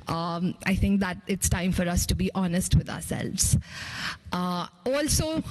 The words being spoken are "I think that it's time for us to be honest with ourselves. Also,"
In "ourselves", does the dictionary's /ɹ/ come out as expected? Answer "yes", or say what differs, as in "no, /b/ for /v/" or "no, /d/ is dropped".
yes